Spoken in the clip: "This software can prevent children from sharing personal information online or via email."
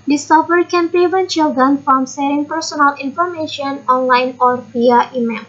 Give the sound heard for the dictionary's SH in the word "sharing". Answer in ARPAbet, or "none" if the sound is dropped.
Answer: S